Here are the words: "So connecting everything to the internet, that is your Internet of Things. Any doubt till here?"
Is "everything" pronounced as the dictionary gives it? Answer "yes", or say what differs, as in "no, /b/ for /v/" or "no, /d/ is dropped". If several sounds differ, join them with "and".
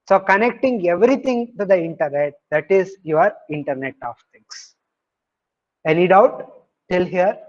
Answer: no, /t/ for /θ/